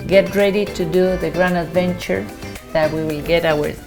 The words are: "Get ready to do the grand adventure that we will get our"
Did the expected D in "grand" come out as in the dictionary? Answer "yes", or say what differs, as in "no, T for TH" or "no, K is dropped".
no, D is dropped